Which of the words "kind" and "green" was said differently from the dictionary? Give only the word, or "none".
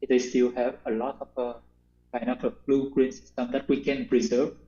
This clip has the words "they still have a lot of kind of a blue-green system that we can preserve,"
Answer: kind